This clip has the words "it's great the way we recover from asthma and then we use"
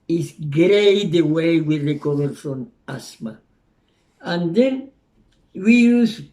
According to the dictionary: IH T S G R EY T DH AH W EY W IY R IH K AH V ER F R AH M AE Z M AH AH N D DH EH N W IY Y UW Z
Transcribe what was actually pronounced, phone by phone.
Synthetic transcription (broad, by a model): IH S G R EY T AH W EY W IY R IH K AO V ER F R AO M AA S M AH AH N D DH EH N W IY Y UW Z